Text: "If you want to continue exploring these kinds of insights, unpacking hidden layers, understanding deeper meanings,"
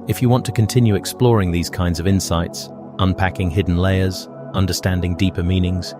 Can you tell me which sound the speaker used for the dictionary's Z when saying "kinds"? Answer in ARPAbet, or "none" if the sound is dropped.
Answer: Z